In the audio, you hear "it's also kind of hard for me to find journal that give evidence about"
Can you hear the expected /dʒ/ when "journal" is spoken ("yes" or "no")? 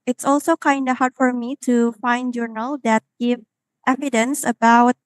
yes